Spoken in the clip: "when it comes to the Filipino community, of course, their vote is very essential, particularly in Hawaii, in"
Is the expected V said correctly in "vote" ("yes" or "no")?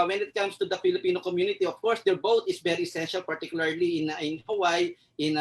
no